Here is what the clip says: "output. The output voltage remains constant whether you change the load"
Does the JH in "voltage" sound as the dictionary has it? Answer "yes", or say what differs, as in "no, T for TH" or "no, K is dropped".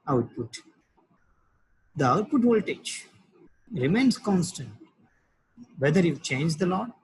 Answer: no, CH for JH